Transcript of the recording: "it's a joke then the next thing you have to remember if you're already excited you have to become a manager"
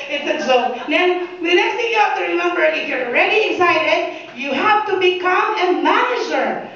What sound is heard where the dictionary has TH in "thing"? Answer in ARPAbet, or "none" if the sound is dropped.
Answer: T